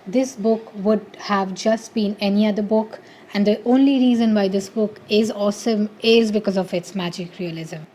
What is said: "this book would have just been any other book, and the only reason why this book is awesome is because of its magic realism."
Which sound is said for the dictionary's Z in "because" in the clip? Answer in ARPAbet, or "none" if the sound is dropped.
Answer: Z